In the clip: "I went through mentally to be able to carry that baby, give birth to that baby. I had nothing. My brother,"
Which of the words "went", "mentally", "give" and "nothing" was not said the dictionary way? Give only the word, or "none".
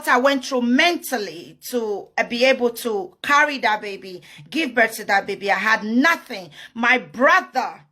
none